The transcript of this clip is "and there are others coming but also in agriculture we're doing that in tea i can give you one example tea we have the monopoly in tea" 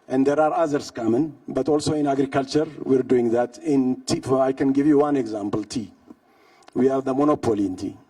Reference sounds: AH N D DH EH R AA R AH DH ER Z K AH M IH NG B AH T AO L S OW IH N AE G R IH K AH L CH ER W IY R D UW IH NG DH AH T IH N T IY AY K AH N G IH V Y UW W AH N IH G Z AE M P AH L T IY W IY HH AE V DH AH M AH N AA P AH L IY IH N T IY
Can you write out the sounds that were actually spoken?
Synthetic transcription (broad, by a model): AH N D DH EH R AA R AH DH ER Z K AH M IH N B AH T AO L S OW IH N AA G R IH K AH L CH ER W IY R D UW IH NG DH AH T IH N T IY AY K AH N G IH V Y UW W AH N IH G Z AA M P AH L T IY W IY HH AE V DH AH M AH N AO P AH L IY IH N T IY